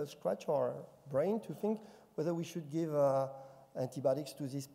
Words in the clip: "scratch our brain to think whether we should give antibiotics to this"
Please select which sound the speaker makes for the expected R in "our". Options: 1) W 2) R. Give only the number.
2